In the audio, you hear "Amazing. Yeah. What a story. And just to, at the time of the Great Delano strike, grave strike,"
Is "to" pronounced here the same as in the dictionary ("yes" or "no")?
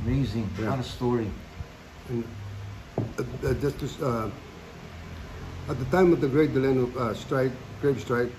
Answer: no